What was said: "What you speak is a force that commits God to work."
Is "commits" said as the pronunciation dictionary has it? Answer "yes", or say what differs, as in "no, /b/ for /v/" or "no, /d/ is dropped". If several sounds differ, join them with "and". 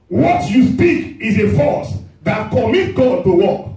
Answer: no, /s/ is dropped